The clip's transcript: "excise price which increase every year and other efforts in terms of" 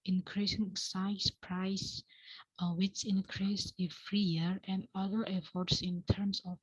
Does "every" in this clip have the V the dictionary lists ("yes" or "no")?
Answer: no